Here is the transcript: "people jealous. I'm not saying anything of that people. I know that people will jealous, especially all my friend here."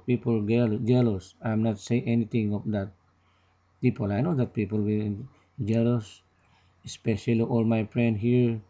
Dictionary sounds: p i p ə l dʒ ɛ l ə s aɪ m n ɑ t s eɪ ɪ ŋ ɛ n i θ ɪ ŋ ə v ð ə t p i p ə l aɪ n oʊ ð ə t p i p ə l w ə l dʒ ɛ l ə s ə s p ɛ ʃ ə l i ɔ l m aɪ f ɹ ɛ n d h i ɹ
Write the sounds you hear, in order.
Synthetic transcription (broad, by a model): p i p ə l dʒ ɛ l ə s aɪ m n ɑ t s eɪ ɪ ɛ n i t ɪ ŋ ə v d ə t p i p ə l aɪ n oʊ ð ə t p i p ə l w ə n dʒ ɛ l ə s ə s p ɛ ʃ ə l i ɔ l m aɪ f ɹ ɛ n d h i ɹ